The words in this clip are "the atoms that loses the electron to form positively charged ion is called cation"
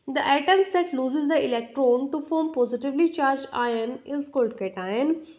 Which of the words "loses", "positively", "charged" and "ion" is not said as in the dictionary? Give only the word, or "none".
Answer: charged